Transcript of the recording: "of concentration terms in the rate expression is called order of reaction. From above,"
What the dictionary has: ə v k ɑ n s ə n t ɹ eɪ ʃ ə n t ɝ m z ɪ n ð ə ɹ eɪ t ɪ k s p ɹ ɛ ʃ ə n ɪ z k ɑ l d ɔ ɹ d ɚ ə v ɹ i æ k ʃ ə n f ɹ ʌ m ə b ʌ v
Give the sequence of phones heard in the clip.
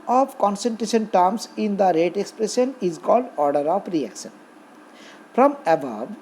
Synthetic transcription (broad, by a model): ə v k ɑ n s ə n t ɹ eɪ ʃ ə n t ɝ m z ɪ n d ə ɹ eɪ t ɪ k s p ɹ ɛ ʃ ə n ɪ z k ɑ l d ɔ ɹ d ɚ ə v ɹ i æ k ʃ ə n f ɹ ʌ m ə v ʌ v